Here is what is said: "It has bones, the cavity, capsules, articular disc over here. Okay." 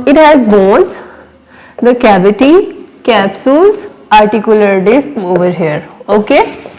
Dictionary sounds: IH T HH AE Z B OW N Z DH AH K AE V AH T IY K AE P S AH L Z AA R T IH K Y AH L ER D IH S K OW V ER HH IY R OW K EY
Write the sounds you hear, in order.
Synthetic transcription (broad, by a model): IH T HH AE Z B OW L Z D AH K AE B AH T IY K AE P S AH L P AA R T IH K Y AH L ER D IH S K OW V ER HH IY R OW K EY